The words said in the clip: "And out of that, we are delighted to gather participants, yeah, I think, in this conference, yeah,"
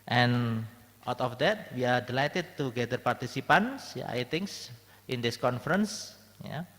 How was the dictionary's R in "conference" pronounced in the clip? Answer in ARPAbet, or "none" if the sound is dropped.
R